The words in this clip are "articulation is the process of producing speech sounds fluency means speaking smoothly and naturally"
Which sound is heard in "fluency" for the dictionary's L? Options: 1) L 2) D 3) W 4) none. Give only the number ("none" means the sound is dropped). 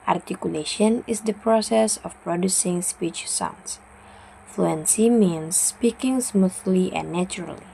1